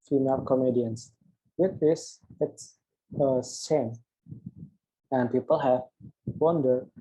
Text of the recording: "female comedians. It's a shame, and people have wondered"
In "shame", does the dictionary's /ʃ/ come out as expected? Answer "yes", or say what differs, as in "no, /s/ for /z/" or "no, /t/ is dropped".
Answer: no, /s/ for /ʃ/